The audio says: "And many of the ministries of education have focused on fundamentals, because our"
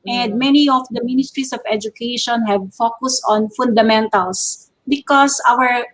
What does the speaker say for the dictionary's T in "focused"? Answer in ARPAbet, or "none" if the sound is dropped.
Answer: T